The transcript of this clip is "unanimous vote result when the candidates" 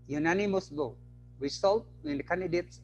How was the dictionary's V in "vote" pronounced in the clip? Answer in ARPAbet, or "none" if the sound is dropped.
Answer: B